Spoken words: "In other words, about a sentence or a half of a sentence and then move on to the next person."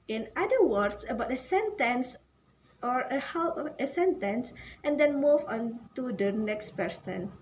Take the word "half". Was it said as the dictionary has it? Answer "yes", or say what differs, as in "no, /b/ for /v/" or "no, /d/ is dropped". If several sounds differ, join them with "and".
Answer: no, /p/ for /f/